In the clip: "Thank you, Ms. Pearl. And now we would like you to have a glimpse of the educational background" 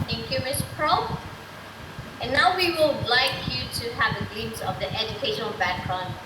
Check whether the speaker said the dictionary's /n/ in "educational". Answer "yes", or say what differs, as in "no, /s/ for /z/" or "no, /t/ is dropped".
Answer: yes